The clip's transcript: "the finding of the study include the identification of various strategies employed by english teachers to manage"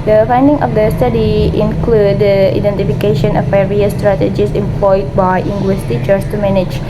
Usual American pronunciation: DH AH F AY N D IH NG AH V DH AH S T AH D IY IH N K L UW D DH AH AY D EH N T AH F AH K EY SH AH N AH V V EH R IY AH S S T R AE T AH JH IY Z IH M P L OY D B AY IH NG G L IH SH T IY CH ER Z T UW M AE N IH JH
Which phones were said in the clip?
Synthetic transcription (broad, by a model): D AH F AY N D IH NG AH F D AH S T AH D IY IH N K L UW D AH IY D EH N T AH F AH K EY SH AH N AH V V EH R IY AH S S T R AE T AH JH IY S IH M P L OY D B AY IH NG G W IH S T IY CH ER S T UW M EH N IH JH